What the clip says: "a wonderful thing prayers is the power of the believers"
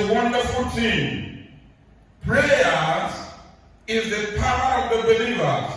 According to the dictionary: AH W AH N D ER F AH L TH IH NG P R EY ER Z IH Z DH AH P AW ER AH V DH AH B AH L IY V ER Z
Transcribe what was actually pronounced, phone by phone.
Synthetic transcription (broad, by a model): W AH N D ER F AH L T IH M P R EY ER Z IH Z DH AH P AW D AH V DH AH B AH L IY V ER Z